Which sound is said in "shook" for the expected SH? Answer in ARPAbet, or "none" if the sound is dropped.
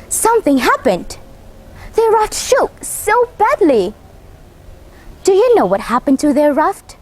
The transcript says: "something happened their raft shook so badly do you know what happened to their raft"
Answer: SH